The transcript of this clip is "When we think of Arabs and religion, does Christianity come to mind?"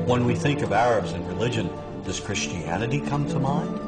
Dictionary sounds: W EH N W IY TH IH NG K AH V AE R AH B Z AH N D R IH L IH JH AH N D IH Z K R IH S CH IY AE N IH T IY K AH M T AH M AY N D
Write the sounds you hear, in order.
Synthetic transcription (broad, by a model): W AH N W IY TH IH NG K AH V AE R AH B Z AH N R IH L IH JH AH N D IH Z K R IH S CH IY AE N IH T IY K AH M T AH M AY N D